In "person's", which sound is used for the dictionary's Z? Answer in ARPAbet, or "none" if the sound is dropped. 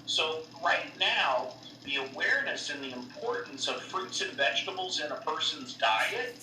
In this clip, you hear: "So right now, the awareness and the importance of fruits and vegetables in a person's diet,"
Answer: Z